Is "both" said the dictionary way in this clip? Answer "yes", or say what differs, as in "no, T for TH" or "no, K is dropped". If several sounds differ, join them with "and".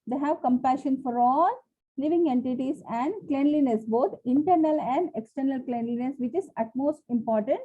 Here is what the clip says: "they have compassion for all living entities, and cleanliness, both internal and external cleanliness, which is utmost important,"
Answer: no, T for TH